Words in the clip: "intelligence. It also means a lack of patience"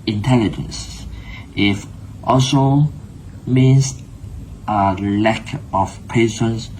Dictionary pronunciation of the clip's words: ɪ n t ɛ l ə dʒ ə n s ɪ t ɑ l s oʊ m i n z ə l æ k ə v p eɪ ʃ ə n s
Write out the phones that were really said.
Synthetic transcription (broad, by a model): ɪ n t ɛ l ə dʒ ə n s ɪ t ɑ s oʊ m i n s ə l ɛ k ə f p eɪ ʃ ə n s